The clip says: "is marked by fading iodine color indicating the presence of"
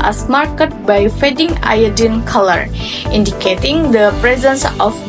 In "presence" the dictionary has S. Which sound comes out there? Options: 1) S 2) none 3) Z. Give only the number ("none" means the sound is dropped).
1